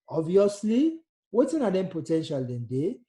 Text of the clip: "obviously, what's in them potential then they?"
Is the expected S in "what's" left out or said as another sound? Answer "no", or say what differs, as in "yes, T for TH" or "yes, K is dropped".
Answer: yes, S is dropped